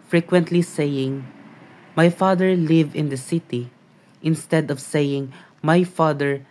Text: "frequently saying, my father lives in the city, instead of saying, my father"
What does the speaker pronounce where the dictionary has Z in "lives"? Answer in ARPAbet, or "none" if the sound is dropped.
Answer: none